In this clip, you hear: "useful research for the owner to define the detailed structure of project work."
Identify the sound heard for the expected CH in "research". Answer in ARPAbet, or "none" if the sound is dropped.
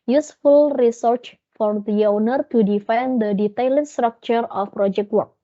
CH